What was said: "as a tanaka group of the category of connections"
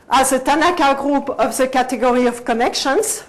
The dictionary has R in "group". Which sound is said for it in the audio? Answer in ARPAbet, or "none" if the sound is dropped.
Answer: R